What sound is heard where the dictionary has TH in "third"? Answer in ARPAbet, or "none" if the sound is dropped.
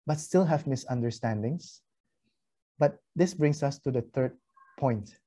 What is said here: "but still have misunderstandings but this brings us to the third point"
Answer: T